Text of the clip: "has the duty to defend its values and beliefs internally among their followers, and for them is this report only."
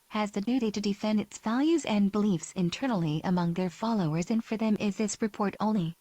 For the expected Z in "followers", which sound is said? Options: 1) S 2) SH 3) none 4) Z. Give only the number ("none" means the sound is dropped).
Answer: 4